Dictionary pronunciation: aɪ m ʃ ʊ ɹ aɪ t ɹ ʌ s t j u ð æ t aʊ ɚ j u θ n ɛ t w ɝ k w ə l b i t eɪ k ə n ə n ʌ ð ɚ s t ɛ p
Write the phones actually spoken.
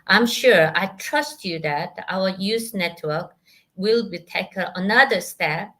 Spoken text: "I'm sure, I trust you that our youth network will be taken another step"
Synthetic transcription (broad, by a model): aɪ m ʃ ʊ ɹ aɪ t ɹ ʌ s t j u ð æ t aʊ ɚ j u s n ɛ t w ɝ k w ə l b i t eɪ k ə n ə n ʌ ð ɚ s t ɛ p